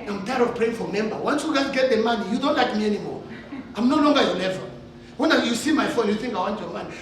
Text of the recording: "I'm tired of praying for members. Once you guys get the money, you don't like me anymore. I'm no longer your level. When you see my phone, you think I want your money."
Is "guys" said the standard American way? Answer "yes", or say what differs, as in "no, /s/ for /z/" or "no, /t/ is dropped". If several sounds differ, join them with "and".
no, /z/ is dropped